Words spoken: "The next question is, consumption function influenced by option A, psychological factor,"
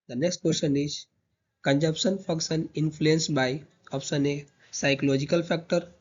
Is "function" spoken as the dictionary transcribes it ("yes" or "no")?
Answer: no